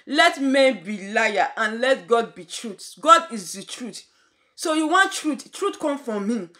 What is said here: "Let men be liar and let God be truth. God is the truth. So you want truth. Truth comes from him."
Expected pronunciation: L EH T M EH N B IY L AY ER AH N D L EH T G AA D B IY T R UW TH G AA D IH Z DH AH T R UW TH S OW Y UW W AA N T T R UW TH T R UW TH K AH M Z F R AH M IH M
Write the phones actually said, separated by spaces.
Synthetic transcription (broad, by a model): L EH T M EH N B IY L AY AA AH N L EH T G AA D B IY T R UW T G AA D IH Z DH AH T R UW T S OW Y UW W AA N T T R UW T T R UW T K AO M F R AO M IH